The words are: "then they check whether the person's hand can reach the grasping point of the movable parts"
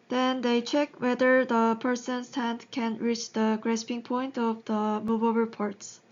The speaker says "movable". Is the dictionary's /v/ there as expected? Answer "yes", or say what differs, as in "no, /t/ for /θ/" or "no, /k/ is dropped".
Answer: no, /b/ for /v/